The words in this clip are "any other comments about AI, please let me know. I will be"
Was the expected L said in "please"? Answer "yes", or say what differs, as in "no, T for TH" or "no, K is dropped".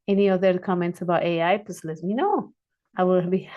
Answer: no, L is dropped